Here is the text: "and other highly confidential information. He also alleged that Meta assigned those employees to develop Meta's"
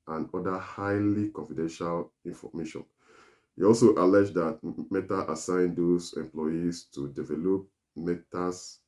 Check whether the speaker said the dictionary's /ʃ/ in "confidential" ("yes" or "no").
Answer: yes